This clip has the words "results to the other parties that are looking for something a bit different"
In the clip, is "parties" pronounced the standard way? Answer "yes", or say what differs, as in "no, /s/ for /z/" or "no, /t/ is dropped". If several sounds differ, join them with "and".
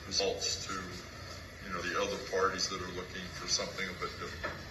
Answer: yes